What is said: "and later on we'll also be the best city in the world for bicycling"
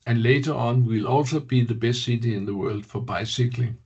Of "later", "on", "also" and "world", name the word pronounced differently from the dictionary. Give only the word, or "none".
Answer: none